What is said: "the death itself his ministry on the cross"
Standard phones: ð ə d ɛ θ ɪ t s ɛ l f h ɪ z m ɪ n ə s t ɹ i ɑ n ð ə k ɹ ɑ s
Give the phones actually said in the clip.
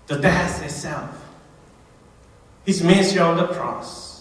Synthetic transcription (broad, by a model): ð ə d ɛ s ɪ t s ɛ l f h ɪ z m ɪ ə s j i ɑ n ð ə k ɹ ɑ s